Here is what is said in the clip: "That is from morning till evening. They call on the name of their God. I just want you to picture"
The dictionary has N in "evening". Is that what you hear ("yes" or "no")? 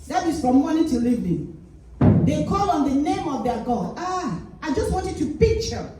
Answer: no